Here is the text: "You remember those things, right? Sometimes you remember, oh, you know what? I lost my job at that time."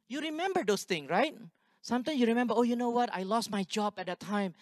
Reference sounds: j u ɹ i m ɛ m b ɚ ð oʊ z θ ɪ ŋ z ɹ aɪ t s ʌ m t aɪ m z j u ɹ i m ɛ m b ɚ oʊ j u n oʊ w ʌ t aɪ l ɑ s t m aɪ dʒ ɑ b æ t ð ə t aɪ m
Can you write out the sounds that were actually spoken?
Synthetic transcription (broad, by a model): j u ɹ i m ɛ m b ɚ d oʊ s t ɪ ŋ ɹ aɪ t s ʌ m t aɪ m j u ɹ i m ɛ m b ɚ oʊ j u n oʊ w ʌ t aɪ l ɑ s t m aɪ dʒ ɑ b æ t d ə t aɪ m